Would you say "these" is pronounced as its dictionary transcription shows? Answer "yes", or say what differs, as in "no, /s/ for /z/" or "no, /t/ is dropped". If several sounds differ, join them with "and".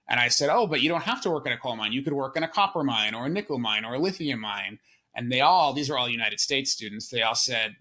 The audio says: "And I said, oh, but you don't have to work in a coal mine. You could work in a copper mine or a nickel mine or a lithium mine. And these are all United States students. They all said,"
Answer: yes